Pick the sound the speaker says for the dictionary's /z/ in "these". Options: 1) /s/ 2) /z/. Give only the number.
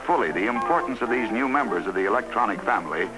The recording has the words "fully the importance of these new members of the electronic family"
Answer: 2